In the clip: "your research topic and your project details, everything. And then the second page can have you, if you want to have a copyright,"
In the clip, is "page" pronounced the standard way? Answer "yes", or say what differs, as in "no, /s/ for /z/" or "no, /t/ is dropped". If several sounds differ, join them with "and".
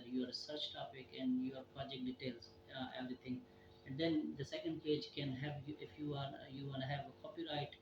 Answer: yes